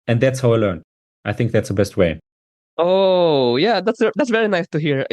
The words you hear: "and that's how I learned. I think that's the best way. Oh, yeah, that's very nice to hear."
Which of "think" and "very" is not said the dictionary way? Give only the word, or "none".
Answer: none